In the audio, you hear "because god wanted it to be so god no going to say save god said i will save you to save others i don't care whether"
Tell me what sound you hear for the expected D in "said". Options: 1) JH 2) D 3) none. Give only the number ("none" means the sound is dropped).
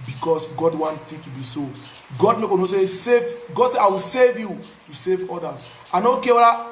3